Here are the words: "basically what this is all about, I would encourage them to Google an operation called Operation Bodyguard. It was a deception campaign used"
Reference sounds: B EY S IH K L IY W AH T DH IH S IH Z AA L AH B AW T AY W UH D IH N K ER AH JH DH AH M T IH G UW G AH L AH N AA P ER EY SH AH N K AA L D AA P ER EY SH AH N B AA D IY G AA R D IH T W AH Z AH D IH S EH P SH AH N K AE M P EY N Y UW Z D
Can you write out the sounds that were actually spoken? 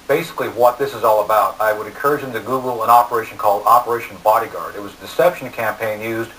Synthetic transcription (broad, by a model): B EY S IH K L IY W AH T DH IH S IH Z AA L AH B AW T AY W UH D IH N K ER AH JH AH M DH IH G UW G L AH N AA P ER EY SH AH N K AA L D AA P ER EY SH N B AA D IY G AA R D IH T W AH Z AH D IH S EH P SH N K AE M P EY N Y UW Z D